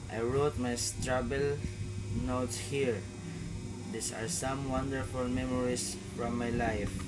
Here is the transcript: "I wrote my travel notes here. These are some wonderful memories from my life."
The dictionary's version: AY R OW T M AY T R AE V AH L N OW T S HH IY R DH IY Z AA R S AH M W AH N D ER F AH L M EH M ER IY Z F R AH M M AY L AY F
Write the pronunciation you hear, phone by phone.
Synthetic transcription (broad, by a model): AY R OW T M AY T R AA B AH L N OW T S HH IY R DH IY S AA R S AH M W AH N D ER F AH L M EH M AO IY S F R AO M M AY L AY F